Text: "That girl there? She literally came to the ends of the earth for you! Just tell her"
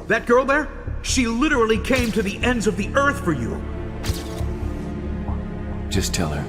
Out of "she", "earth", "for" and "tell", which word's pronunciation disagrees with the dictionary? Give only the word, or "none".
none